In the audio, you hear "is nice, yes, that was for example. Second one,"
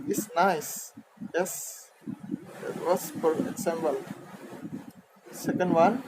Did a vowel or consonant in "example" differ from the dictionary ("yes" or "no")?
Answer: yes